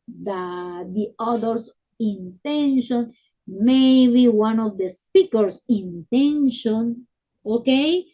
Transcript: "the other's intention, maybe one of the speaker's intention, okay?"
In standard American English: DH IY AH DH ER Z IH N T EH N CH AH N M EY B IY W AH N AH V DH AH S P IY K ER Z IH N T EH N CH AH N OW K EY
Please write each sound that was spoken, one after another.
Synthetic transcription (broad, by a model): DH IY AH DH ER S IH N T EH N SH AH N M EY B IY W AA N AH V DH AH S P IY K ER S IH N T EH N SH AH N OW K EY